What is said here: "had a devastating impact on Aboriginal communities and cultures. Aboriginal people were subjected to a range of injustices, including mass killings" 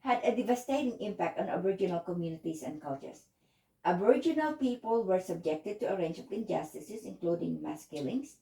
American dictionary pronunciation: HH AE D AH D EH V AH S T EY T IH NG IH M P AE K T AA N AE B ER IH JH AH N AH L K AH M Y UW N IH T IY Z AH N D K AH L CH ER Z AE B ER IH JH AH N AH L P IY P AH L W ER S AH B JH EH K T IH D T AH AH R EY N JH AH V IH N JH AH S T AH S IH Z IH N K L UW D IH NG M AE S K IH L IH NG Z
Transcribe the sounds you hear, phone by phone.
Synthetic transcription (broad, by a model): HH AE D AH D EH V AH S T EY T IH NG IH M P AE K T AA N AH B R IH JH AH N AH L K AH M Y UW N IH T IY S AH N D K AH L CH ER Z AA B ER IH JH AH N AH L P IY P AH L W ER S AH B JH EH K T IH D T AH AH R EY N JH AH P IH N JH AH S T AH S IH S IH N K L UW D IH NG M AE S K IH L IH NG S